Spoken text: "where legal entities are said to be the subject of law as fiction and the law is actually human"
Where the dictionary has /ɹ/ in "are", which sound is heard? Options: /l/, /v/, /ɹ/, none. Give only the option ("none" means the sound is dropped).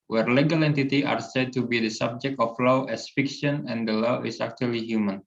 /ɹ/